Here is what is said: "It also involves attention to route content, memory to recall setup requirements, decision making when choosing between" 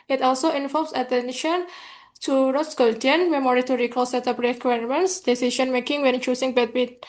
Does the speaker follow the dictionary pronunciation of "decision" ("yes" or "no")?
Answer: no